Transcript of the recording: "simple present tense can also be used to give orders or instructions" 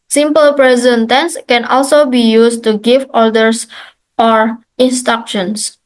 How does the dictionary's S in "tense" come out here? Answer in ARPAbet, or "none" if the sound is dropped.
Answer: S